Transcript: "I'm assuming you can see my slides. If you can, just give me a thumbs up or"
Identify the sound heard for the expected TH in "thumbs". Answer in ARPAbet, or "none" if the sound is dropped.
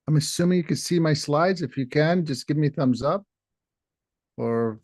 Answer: TH